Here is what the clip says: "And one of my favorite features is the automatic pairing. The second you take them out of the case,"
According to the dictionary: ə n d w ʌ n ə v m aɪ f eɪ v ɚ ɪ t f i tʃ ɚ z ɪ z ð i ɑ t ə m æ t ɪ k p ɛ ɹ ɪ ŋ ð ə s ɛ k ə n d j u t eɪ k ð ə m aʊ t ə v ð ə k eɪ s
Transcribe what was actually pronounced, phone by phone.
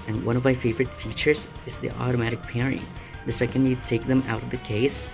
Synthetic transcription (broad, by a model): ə n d w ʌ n ə v m aɪ f eɪ v ɚ ɪ t f i tʃ ɚ z ɪ z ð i ɑ t ə m æ t ɪ k p ɛ ɹ ɪ ŋ ð ə s ɛ k ə n d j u t eɪ k ð ə m aʊ t ə v ð ə k eɪ s